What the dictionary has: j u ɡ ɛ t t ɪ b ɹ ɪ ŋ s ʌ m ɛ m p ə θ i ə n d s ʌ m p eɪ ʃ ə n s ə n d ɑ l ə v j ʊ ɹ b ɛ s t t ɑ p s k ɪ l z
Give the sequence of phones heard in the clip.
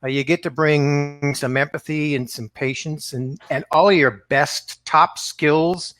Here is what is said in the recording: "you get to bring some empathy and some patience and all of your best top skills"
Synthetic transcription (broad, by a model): j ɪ ɡ ɛ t t ɪ b ɹ ɪ ŋ s ʌ m ɛ m p ə θ i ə n s ʌ m p eɪ ʃ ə n s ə n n ɑ l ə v j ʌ ɹ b ɛ s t t ɑ p s k ɪ l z